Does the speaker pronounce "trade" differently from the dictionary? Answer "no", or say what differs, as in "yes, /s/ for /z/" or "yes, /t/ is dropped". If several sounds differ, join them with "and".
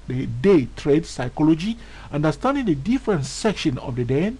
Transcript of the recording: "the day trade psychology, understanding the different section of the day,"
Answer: no